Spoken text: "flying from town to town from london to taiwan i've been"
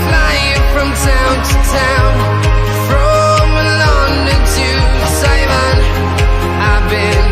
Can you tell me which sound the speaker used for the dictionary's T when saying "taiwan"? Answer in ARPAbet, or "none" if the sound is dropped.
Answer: S